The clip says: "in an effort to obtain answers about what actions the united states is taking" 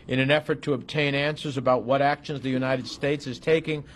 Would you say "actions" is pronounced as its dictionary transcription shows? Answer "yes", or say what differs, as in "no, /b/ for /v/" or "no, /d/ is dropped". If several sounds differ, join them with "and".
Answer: yes